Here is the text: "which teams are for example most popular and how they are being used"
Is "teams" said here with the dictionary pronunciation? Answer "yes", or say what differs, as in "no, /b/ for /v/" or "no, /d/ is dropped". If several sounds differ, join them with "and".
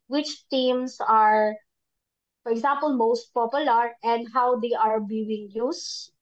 no, /s/ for /z/